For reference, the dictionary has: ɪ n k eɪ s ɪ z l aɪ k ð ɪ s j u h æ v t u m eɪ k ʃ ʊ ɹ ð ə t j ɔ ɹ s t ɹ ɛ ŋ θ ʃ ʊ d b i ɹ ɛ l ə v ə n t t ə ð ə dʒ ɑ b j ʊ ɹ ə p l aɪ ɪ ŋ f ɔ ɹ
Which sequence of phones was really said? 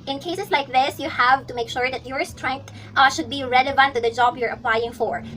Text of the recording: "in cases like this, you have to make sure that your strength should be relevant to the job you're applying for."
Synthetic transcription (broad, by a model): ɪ n k eɪ s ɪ s l aɪ k ð ɪ s j u h æ v t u m eɪ k ʃ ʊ ɹ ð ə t j ɔ ɹ s t ɹ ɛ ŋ t ʃ ʊ d b i ɹ ɛ l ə v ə n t t ə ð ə dʒ ɑ b j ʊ ɹ ə p l aɪ ɪ ŋ f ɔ ɹ